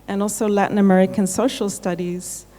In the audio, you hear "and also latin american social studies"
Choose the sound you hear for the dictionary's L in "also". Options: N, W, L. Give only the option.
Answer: L